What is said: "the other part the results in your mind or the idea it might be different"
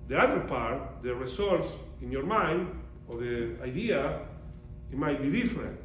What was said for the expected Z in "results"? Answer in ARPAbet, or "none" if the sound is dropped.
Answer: S